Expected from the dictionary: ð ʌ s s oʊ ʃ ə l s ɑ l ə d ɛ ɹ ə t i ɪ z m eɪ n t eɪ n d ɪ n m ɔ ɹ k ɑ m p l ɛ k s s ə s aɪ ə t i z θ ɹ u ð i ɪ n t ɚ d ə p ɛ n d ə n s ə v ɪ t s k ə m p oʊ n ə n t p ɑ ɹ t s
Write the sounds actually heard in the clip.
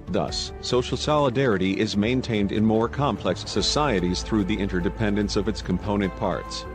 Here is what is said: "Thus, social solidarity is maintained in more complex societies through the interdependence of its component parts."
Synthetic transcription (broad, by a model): ð ʌ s s oʊ ʃ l s ɑ l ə d ɛ ɹ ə t i ɪ z m eɪ n t eɪ n d ɪ n m ɔ ɹ k ɑ m p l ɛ k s s ə s aɪ ə t i z θ ɹ u ð i ɪ n t ɚ d ə p ɛ n d ə n s ə v ɪ t s k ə m p oʊ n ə n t p ɑ ɹ t s